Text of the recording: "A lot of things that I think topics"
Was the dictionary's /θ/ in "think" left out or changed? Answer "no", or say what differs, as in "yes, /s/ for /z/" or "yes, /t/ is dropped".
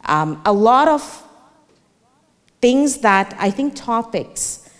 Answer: no